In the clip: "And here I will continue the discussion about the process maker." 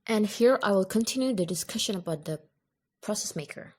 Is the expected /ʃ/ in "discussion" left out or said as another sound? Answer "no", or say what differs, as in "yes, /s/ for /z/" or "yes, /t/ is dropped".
no